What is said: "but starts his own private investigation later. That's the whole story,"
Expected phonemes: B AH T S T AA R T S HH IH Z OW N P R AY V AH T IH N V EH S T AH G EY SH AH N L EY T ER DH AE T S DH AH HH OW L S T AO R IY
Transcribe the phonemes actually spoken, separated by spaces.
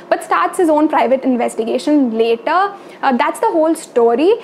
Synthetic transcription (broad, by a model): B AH T S T AA R T S HH IH Z OW N P R AY V AH T IH N V EH S T AH G EY SH AH N L EY T ER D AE T S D AH HH OW L S T AO R IY